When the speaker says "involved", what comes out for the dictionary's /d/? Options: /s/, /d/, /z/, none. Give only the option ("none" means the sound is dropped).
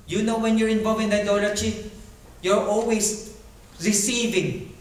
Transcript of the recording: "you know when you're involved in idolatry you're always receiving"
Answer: none